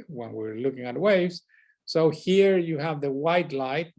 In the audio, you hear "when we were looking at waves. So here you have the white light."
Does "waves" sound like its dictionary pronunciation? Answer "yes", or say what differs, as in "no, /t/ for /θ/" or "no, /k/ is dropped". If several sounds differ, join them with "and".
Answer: yes